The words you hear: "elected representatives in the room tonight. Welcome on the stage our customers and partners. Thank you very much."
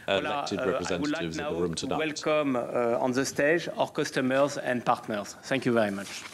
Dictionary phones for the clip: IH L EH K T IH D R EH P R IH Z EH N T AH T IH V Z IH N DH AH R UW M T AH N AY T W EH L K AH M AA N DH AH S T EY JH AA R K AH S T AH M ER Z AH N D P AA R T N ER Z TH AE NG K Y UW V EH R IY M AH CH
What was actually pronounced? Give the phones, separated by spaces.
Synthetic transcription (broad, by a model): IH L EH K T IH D R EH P R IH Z EH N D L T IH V Z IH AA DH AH R UW M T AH AY W EH L K AH M AA N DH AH S T EY JH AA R K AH S T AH M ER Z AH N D P AA R T N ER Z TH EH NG K Y UW V EH R IY M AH CH